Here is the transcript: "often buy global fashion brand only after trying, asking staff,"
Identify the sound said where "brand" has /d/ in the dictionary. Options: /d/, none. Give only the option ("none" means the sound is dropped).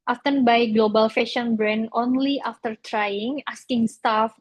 none